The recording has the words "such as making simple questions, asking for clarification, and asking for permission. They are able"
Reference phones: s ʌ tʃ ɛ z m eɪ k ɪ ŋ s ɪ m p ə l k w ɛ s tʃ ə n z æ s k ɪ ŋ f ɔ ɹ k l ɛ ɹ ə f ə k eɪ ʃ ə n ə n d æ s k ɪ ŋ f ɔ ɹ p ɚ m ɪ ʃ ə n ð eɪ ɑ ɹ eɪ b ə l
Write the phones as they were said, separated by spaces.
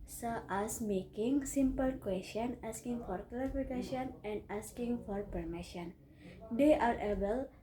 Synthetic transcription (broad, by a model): s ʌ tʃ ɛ s m eɪ k ɪ ŋ s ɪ m p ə l k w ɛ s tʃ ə n ɑ s k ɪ ŋ f ɔ ɹ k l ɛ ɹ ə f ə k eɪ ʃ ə n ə n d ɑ s k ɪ ŋ f ɔ ɹ p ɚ m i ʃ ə n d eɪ ɑ ɹ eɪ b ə l